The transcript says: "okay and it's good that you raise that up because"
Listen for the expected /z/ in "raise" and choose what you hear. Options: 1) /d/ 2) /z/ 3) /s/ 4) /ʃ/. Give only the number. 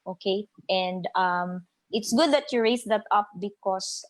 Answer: 3